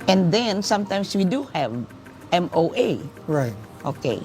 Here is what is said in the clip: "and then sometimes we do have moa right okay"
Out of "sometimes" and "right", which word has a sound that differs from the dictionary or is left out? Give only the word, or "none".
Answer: sometimes